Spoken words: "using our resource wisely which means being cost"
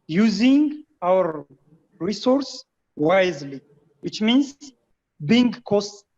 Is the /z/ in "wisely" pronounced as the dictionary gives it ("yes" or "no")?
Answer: yes